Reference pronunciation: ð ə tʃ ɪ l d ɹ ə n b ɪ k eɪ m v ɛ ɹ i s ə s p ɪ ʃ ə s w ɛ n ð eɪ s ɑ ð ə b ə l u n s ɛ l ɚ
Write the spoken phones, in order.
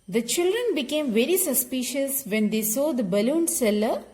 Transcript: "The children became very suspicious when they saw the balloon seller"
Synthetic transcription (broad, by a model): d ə tʃ ɪ l d ɹ ə n b ɪ k eɪ m v ɛ ɹ i s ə s p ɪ ʃ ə s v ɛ n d eɪ s ɑ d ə b ə l u n s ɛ l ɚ